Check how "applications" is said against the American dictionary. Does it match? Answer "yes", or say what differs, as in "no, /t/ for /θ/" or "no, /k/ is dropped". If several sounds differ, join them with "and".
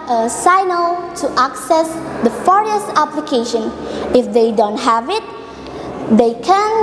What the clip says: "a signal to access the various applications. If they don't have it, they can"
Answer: no, /z/ is dropped